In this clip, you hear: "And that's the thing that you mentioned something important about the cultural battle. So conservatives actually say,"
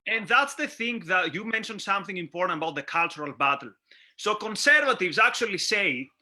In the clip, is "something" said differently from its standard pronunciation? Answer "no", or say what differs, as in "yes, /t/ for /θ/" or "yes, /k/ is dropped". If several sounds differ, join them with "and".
no